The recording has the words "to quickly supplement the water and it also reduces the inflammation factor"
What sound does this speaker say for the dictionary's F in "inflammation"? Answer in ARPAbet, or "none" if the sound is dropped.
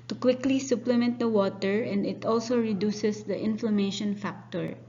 F